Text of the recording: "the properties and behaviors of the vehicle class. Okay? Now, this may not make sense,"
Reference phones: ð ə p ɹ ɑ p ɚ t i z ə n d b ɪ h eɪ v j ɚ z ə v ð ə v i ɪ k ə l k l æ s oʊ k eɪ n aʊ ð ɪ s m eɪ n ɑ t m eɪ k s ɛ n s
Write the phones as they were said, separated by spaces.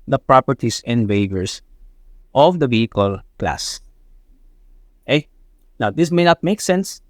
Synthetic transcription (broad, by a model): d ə p ɹ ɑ p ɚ t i s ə n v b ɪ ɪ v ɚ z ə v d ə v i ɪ k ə l k l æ s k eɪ n aʊ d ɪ s m eɪ n ɑ t m eɪ k s ɛ n s